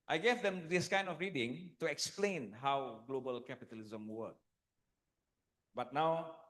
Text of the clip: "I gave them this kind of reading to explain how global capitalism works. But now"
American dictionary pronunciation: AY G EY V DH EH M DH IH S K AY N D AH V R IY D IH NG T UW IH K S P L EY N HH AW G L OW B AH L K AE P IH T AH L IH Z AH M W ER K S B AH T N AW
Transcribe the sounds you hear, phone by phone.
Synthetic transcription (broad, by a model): AY G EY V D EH M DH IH S K AY N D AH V R IY D IH NG T UW IH K S P L EY N HH AW G L OW B AH L K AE P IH T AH L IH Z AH M W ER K B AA T N AW